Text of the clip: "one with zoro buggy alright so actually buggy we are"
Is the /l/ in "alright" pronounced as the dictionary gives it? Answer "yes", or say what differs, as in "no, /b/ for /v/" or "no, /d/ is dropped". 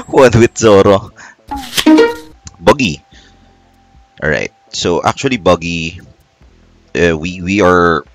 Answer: no, /l/ is dropped